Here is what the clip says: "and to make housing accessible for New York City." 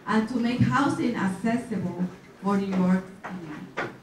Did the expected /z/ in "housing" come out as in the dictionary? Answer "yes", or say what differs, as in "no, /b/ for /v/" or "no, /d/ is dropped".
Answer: no, /s/ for /z/